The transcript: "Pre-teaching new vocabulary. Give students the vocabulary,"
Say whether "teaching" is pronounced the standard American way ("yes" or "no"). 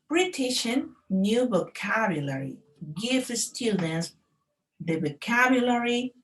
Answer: no